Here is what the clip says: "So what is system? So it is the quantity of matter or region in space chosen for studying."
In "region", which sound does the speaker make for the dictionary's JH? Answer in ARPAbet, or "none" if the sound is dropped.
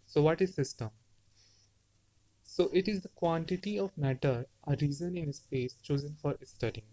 Z